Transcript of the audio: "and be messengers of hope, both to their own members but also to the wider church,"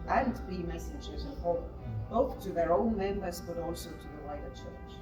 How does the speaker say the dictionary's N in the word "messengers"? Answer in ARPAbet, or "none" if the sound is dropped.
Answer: none